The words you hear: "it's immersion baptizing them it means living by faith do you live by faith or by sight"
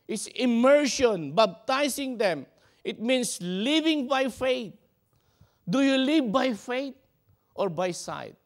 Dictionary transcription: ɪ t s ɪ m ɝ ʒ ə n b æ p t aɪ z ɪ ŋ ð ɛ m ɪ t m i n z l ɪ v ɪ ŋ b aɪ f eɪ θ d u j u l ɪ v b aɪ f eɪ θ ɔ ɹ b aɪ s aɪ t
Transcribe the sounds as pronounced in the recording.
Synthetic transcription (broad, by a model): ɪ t s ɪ m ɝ ʃ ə n b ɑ b t aɪ s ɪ ŋ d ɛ m ɪ t m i n s l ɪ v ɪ ŋ b aɪ f eɪ t d u j u l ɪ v b aɪ f eɪ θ ɔ ɹ b aɪ s aɪ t